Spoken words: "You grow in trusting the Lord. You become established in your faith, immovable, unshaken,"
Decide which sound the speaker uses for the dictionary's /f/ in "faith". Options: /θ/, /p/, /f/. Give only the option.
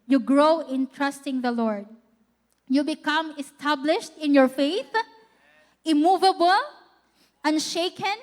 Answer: /f/